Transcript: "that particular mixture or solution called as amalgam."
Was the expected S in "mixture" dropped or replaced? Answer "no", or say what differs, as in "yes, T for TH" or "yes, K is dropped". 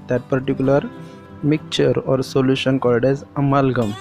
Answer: yes, S is dropped